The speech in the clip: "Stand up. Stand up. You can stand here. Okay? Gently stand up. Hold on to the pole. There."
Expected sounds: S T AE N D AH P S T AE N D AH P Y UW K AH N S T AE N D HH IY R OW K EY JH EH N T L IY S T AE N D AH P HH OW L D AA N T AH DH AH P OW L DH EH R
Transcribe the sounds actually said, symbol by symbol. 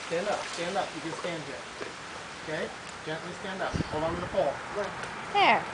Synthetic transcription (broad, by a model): S T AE N D AH P S T AE N D AH P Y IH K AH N S T AE N D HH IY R OW K EY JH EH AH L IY S T AE N D AH P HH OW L AA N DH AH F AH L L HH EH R